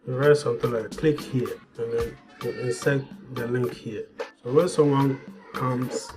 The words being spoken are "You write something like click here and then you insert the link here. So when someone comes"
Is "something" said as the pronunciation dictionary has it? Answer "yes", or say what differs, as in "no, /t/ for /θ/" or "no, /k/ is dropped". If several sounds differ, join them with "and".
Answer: no, /t/ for /θ/